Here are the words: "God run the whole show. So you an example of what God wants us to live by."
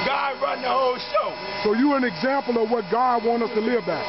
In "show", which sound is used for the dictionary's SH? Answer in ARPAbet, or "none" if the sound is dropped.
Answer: SH